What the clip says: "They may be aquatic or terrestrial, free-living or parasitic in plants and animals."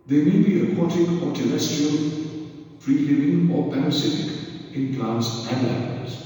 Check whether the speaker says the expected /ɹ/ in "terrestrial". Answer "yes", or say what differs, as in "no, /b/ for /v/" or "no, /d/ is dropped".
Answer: no, /ɹ/ is dropped